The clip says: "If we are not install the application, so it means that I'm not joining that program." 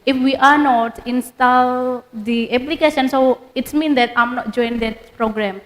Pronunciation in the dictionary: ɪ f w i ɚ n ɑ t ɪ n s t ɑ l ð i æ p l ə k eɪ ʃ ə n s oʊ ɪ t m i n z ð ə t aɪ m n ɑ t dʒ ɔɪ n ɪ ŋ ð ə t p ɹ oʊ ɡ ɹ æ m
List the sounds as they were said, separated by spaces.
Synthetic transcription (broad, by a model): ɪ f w i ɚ n ɑ t ɪ n s t ɑ l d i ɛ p l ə k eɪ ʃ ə n s oʊ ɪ t m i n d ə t aɪ m n ɑ t dʒ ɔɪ ɪ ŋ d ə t p ɹ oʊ ɡ ɹ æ m